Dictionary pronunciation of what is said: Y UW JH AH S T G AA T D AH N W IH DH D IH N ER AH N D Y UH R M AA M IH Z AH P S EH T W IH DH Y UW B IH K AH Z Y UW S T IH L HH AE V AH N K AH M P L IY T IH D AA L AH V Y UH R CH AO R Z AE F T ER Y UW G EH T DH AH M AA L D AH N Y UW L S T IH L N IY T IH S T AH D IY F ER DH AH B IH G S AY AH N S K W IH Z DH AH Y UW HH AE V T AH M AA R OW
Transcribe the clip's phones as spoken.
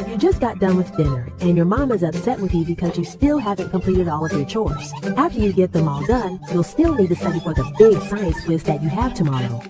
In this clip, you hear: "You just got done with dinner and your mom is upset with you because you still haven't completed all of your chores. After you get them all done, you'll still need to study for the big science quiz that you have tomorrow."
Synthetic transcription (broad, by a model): Y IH JH AH S G AA T D AH N W IH DH D IH N ER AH N Y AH R M AA M IH Z AH P S EH T W IH DH Y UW B IH K AH Z Y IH S T IH L HH AE V AH N K AH M P L IY T IH D AA L AH V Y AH R CH AO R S AE F T ER Y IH G EH T DH AH M AA L D AH N Y UW L S T IH L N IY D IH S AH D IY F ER DH AH B IH G S AY AH N S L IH S DH AH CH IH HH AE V T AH M AA R OW